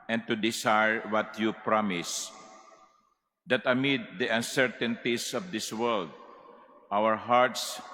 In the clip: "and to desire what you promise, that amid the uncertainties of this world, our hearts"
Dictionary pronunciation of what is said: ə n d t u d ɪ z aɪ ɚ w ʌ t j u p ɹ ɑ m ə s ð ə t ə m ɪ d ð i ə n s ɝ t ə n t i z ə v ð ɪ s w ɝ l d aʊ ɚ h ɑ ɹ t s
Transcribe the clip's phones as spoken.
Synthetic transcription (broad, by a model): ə n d t u d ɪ s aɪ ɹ w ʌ t j u p ɹ ɑ m ə s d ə t ə m ɪ d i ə n s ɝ t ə n t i s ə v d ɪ s w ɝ l d aʊ ɚ h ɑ ɹ t s